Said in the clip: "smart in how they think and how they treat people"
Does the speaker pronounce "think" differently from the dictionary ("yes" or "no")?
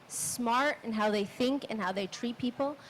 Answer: no